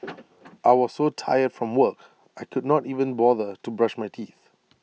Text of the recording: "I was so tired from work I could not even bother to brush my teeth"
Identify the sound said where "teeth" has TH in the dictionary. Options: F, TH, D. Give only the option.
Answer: TH